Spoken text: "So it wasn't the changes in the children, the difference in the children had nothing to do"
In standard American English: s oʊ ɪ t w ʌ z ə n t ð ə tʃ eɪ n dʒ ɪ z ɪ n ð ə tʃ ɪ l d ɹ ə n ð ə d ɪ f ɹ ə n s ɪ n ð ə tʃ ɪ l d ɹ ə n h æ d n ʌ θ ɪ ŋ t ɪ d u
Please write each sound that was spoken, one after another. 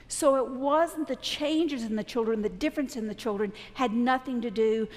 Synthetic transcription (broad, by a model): s oʊ ɪ t w ʌ z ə n ð ə tʃ eɪ n dʒ ɪ z ɪ n ð ə tʃ ɪ l d ɹ ə n ð ə d ɪ f ɹ ə n s ɪ n ð ə tʃ ɪ l d ɹ ə n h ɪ d n ʌ θ ɪ ŋ t ɪ d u